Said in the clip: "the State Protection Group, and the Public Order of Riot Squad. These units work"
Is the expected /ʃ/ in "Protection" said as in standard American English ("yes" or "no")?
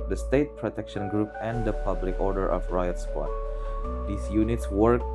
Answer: yes